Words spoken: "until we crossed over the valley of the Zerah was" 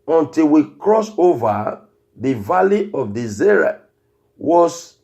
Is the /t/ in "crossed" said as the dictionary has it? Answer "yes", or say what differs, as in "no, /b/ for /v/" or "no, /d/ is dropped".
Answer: no, /t/ is dropped